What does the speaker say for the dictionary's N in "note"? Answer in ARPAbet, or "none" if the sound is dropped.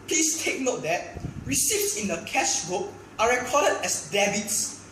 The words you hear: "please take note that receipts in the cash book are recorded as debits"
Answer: N